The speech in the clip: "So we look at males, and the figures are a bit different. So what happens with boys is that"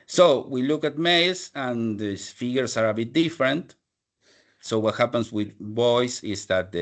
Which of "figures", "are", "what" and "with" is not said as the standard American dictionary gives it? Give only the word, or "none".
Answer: figures